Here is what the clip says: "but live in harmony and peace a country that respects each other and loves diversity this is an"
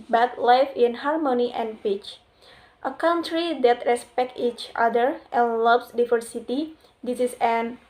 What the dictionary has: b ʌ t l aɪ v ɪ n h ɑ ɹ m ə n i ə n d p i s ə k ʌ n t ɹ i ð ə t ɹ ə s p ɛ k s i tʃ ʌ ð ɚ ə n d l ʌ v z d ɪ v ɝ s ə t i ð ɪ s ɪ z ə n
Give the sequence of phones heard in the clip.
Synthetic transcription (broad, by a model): b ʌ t l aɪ f ɪ n h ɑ ɹ m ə n i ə n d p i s ə k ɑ n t ɹ i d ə t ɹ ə s p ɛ k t i tʃ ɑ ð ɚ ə n l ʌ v s d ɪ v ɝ s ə t i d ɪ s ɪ s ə n